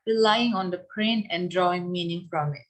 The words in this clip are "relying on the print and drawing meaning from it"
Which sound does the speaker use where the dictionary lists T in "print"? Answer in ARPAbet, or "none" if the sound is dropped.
none